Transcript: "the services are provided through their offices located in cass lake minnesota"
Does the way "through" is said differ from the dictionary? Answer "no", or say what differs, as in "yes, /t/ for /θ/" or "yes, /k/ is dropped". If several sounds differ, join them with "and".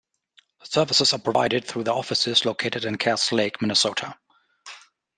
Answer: no